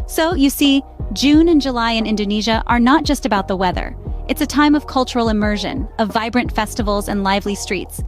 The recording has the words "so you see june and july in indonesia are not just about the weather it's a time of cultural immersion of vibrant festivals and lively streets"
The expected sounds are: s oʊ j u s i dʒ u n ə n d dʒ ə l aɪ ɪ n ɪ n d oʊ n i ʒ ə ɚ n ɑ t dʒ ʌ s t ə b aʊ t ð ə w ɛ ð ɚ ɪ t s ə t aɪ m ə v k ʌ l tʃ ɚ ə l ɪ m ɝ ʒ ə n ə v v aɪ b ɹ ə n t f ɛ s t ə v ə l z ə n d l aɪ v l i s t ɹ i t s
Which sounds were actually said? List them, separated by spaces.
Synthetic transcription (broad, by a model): s oʊ j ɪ s i dʒ u n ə n dʒ ə l aɪ ɪ n ɪ n d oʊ n i ʒ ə ɚ n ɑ t dʒ ʌ s t ə b aʊ t ð ə w ɛ ð ɚ ɪ t s ə t aɪ m ə v k ʌ l tʃ ɚ l ɪ m ɝ ʒ ə n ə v v aɪ b ɹ ə n t f ɛ s t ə v l z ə n l aɪ v l i s t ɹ i t s